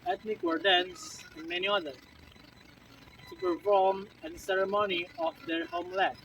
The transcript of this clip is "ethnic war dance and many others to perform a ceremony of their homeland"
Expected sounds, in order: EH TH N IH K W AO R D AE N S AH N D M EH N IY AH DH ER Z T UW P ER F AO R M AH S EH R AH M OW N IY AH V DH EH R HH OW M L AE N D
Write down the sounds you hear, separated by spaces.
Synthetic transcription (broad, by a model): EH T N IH K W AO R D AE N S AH N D M EH N IY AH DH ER T UW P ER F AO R M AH S EH R AH M OW N IY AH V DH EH R HH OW M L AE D